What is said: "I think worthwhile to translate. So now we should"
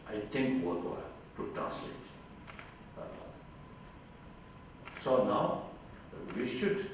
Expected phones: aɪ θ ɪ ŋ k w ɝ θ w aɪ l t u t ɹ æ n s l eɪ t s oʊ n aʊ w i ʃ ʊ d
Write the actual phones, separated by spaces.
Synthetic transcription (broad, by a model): aɪ t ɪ ŋ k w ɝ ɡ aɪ t u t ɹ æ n s l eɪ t s oʊ n aʊ w i ʃ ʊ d